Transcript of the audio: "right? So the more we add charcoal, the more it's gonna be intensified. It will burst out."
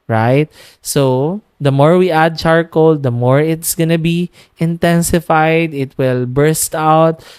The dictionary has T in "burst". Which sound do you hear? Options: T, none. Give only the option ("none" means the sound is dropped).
T